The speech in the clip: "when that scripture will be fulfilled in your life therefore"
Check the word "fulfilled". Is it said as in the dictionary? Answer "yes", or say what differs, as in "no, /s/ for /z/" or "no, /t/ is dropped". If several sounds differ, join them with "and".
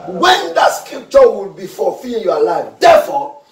no, /d/ is dropped